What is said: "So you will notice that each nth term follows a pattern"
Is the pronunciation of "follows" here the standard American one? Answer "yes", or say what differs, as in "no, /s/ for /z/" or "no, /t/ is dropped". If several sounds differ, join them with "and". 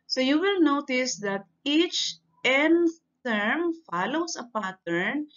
no, /s/ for /z/